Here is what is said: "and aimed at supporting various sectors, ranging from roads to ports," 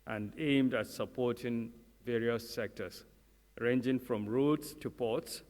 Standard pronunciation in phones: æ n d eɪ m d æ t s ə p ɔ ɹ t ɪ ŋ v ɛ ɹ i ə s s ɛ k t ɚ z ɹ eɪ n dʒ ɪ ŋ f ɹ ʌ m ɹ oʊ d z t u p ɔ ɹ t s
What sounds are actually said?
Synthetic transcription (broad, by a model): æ n d eɪ m d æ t s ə p ɔ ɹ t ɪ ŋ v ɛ ɹ i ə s s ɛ k t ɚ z ɹ eɪ n dʒ ɪ ŋ f ɹ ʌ m ɹ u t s t u p ɔ t s